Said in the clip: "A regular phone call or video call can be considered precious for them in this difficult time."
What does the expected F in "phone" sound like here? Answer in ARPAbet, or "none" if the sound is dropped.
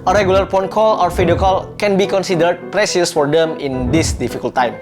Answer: P